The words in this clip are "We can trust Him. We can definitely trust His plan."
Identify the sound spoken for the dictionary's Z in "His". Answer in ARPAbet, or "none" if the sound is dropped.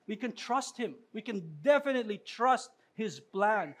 Z